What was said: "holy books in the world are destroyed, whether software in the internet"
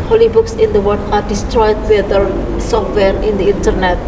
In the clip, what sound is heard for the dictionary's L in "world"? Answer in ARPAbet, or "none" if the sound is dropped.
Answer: none